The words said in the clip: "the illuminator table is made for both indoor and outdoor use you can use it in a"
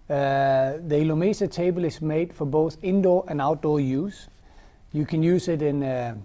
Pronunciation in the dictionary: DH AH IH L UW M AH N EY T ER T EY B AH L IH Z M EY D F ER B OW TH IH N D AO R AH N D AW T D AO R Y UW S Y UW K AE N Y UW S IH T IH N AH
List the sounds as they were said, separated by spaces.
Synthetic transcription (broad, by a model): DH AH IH L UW M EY S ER T EY B AH L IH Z M EY D F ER B OW TH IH N D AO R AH N AW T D AO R Y UW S Y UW K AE N Y UW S IH T IH N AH